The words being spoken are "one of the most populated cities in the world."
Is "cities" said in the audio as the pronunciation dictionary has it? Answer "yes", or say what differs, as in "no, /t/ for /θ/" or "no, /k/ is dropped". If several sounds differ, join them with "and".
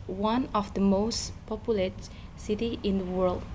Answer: no, /z/ is dropped